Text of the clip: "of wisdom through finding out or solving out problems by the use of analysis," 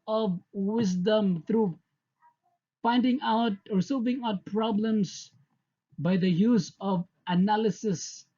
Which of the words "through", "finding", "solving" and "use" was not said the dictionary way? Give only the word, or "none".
through